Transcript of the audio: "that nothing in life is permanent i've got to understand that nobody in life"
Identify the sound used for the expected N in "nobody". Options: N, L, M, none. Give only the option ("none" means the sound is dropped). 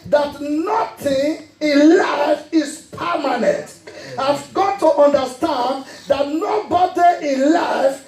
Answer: N